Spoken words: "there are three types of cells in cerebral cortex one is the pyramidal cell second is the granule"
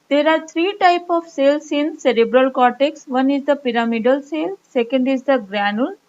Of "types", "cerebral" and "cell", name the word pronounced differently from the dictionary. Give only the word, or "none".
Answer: types